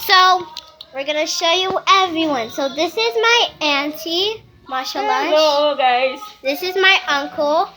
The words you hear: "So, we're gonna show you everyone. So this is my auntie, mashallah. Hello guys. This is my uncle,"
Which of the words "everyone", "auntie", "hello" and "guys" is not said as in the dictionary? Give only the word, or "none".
hello